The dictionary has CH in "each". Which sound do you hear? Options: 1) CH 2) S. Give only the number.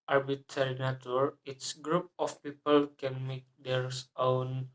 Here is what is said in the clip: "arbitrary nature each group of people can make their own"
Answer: 2